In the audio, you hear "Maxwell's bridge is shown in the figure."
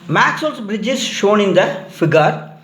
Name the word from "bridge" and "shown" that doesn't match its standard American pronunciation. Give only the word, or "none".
none